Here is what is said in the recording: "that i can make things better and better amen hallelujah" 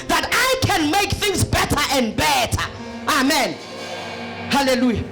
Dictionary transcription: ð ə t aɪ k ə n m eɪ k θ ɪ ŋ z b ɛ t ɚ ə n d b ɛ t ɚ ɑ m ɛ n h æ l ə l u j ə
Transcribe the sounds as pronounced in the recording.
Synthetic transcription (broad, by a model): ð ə t aɪ k ə n m eɪ k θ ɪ ŋ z b ɛ t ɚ ə n d b ɛ t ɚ ɑ m ɛ n h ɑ l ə l u j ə